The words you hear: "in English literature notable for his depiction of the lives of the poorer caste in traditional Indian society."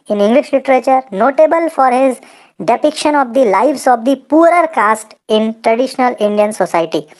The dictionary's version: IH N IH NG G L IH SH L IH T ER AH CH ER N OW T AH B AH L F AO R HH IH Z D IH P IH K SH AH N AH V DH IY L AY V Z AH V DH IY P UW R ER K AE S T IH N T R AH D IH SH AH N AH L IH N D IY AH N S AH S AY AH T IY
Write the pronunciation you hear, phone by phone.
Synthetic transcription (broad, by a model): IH N IH NG G L IH SH L IH T ER AH CH ER N OW T AH B AH L F AO R HH IH Z D IH P IH K SH AH N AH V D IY L AY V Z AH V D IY P UW R ER K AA S T IH N T R AH D IH SH AH N AH L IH N D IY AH N S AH S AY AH T IY